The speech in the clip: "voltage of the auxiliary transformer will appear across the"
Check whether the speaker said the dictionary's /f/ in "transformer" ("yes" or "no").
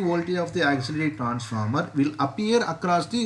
yes